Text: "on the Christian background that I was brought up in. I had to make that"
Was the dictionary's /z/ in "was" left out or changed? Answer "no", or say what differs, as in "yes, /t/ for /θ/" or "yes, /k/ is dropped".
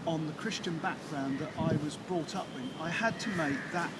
no